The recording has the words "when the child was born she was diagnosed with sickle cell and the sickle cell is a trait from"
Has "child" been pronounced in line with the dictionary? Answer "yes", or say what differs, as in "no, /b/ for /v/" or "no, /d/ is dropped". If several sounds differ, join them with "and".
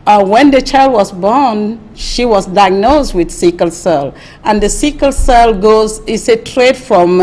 yes